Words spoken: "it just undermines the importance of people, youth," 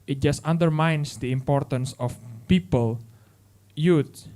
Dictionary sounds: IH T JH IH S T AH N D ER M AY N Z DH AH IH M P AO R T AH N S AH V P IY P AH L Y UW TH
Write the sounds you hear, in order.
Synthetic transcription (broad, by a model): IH T JH IH S T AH N D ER M AY N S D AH IH M P AO R T AH N S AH F P IY P AH L Y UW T